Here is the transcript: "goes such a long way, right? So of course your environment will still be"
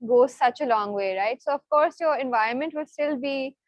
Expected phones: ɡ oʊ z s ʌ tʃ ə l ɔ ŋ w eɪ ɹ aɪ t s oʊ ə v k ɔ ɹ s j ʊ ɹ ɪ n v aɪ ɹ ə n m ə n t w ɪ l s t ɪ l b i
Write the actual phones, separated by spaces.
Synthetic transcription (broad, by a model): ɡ oʊ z s ʌ tʃ ə l ɔ ŋ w eɪ ɹ aɪ t s oʊ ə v k ɔ ɹ s j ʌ ɹ ɪ n v aɪ ɹ ə n m ə n t w ɪ l s t ɪ l b i